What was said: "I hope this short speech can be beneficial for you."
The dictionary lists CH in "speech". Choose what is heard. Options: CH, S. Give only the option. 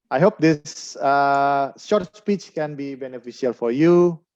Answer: CH